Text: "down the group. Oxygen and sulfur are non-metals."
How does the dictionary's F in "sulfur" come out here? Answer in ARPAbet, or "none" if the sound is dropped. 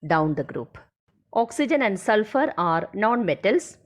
F